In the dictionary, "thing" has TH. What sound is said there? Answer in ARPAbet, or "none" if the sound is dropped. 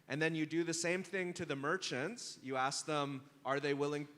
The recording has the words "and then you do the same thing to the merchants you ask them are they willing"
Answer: TH